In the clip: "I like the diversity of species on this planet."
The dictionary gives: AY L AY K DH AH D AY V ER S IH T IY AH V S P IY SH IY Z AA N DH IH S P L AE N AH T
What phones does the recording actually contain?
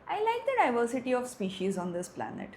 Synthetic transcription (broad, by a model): AY L AY K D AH D AY V ER S IH T IY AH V S P IY SH IY Z AA N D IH S P L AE N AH T